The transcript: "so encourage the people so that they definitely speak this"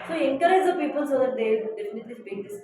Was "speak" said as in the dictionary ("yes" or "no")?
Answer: no